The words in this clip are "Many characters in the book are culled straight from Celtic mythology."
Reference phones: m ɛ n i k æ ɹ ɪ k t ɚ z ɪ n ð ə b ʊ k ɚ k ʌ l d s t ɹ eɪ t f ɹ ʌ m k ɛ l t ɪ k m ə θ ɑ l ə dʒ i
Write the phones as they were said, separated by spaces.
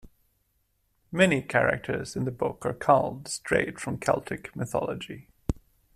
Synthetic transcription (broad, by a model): m ɛ n i k æ ɹ ɪ k t ɚ z ɪ n ð ə b ʊ k ɚ k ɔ l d s t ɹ eɪ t f ɹ ʌ m k ɛ l t ɪ k m ə θ ɑ l ə dʒ i